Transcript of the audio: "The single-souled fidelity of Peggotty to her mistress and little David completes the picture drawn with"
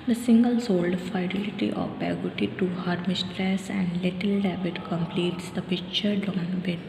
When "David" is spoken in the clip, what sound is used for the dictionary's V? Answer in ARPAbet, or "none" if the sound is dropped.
B